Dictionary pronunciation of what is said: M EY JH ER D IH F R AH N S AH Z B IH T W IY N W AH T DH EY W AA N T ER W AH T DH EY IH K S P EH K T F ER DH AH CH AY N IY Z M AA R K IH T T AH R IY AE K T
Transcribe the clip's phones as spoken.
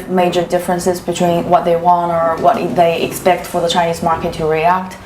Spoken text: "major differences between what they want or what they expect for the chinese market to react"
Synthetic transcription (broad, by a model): M EY JH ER D IH F R AH N S AH Z B IH T W IY N W AH T DH EY W AA N T ER W AH T DH EY IH K S P EH K T F ER DH AH CH AY N IY Z M AA R K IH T T AH R IY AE K T